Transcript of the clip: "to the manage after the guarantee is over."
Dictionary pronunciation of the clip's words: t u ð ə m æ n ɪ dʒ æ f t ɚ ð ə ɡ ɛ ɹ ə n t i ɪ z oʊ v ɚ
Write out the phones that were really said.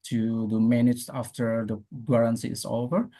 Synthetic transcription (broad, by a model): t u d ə m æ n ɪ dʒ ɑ f t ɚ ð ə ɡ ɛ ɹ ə n s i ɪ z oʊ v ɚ